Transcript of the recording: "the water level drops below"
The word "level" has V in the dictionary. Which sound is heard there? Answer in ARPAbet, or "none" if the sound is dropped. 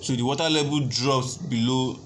B